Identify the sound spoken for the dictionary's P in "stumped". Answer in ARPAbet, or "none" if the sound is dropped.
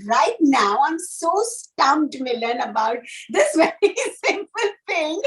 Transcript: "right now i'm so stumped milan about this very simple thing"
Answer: none